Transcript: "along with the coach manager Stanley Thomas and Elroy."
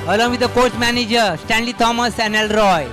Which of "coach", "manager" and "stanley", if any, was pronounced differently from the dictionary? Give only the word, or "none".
none